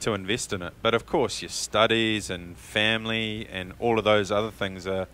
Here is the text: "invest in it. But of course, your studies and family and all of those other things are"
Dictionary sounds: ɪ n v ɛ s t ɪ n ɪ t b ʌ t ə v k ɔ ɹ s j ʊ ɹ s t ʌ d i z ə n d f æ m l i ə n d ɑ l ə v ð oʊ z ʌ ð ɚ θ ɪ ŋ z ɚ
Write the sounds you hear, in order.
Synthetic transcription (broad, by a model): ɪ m v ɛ s t ɪ n ɪ t b ʌ t ə v k ɔ ɹ s j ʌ ɹ s t ʌ d i z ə n f æ m l i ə n ɑ l ə v ð oʊ z ʌ ð ɚ θ ɪ ŋ z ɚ